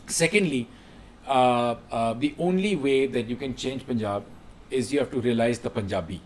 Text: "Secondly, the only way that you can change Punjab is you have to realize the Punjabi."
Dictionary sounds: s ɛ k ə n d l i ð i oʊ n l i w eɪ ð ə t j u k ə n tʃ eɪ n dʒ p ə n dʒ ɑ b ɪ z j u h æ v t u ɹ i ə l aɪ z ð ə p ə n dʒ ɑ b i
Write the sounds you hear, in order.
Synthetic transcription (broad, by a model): s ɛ k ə n d l i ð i oʊ n l i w eɪ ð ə t j u k ə n tʃ eɪ n dʒ p ə n dʒ ɑ b ɪ z j u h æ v t u ɹ i ə l aɪ z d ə p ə n dʒ ɑ b i